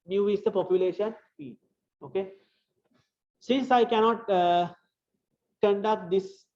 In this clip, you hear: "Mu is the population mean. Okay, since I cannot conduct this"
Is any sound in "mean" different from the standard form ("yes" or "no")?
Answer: yes